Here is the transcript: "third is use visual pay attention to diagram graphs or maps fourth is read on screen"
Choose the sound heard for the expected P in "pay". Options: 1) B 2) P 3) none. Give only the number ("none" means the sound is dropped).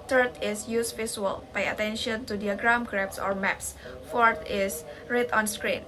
1